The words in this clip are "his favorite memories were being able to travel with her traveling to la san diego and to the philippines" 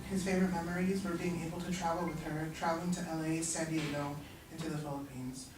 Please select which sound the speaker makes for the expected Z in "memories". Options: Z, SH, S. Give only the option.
Z